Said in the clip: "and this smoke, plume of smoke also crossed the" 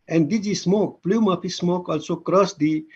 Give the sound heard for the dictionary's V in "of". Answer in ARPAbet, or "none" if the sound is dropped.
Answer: P